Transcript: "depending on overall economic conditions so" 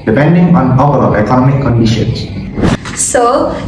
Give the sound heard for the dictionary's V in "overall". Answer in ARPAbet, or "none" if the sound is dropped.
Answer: P